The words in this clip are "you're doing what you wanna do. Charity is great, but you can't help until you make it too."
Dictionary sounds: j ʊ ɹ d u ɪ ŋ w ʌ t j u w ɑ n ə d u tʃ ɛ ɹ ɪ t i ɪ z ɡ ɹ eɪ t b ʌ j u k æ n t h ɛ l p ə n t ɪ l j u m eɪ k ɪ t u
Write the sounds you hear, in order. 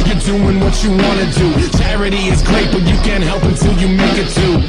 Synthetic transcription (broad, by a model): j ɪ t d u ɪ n w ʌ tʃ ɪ w ɑ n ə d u tʃ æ ɹ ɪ t i ɪ z ɡ ɹ eɪ t b ʌ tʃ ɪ k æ n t h ɛ l p ə n t ɪ l j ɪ m eɪ k ɪ t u